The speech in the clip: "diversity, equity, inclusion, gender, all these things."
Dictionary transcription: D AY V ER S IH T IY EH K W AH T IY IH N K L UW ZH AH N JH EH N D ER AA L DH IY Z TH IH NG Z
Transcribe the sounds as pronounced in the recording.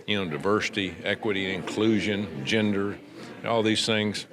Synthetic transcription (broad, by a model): D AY V ER S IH T IY EH K W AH T IY IH N K L UW ZH AH N JH EH N D ER AA L DH IY Z TH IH NG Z